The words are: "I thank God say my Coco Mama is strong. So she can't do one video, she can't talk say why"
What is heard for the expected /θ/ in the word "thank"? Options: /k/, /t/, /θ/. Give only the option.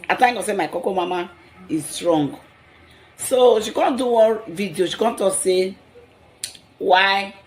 /t/